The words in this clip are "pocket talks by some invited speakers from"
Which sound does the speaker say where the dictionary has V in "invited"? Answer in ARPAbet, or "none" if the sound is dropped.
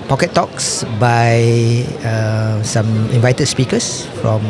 V